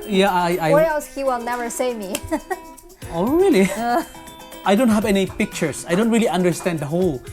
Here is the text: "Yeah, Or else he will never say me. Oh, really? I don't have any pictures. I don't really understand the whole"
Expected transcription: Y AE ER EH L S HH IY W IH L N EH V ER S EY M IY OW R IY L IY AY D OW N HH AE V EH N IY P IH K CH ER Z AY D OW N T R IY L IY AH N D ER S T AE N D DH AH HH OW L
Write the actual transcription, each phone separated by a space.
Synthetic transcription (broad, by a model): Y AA ER EH L S HH IY W IH L N EH V ER S EY M IY OW R IY L IY AY D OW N HH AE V EH N IY P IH K CH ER S AY D OW N T R IY L IY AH N D ER S T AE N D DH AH HH OW L